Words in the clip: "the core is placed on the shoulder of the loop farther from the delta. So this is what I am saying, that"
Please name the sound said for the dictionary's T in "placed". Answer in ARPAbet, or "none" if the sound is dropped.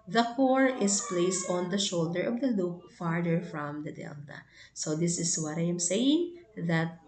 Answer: T